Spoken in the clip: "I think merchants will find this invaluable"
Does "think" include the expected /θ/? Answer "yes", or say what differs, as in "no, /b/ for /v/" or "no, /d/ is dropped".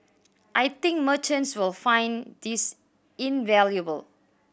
no, /t/ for /θ/